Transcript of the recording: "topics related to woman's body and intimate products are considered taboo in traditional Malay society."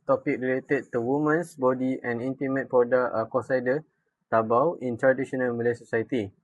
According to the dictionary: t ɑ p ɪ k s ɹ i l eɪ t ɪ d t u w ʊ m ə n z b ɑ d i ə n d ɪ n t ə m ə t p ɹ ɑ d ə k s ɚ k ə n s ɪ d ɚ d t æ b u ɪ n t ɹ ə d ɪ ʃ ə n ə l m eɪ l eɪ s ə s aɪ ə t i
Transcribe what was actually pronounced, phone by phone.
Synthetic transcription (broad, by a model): t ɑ p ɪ k ɹ i l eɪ t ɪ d t u w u m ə n s b ɑ d i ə n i n t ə m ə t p ɑ d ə k ɔ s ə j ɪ d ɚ t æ b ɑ ɪ n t ɹ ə d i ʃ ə n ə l m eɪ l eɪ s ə s aɪ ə t i